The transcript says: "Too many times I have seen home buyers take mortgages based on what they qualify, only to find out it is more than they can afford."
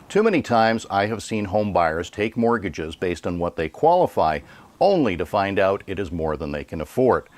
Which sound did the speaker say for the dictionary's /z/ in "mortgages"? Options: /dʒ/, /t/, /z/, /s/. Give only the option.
/z/